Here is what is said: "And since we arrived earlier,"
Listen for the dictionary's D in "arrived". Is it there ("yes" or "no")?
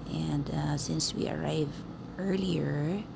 no